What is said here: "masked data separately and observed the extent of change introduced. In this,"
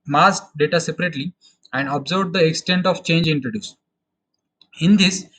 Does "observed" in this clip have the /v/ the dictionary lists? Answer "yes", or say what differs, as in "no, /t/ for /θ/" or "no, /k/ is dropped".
no, /b/ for /v/